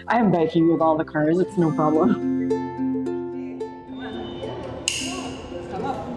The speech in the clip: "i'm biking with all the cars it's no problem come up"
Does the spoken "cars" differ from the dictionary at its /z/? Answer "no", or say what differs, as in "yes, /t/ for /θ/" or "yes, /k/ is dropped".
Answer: no